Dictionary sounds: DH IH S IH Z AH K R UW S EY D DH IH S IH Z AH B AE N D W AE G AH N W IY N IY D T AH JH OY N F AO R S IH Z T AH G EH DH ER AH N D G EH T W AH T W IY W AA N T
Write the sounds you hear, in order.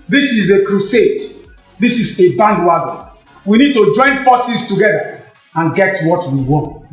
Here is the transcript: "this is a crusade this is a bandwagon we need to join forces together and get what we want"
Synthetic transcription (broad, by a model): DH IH S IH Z AH K R UW S EY D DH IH S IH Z AH B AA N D W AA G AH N W IY N IY D T AH JH OY N F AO S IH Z T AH G EH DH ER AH N G EH T W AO T W IY W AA N T